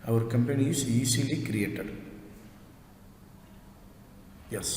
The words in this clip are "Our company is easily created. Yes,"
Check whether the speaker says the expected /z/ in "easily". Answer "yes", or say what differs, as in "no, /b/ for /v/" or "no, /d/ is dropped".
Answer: no, /s/ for /z/